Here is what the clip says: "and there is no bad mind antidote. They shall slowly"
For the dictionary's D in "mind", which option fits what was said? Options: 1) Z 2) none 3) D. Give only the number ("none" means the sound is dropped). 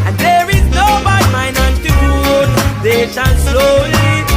2